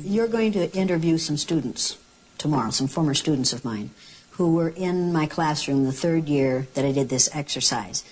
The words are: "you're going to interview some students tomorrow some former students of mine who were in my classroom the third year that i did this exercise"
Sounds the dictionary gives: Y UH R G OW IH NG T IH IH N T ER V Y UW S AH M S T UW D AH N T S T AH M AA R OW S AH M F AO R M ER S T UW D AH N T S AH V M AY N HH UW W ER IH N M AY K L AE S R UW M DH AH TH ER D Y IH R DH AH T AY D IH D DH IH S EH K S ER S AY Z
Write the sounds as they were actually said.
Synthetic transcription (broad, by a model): Y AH R G OW IH NG T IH IH N T ER V Y UW S AH M S T UW D N T S T AH M AA R OW S AH M F AO R M ER S T UW D N T S AH V M AY N HH UW W ER IH N M AY K L AE S R UW M DH AH TH ER D Y IH R DH AH T AY D IH D DH IH S EH K S ER S AY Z